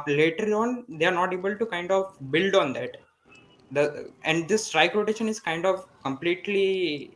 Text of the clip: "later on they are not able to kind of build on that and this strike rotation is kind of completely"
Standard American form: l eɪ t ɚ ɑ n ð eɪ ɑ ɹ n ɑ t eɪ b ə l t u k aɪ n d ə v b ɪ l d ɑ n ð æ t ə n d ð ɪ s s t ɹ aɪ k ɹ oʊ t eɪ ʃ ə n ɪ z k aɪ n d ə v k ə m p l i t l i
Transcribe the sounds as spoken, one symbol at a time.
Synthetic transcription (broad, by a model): l eɪ t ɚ ɑ n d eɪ ɑ ɹ n ɑ t eɪ b ə l t u k aɪ n d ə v b ɪ l d ɑ n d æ t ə n d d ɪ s s t ɹ aɪ k ɹ oʊ t eɪ ʃ ə n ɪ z k aɪ n d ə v k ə m p l i t l i